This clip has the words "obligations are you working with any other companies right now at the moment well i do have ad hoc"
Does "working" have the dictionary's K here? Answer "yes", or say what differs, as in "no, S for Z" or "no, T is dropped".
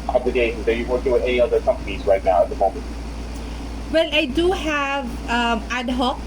no, K is dropped